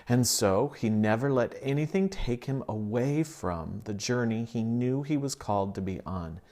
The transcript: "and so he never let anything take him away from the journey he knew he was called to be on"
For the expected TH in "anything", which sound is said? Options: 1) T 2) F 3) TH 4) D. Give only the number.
3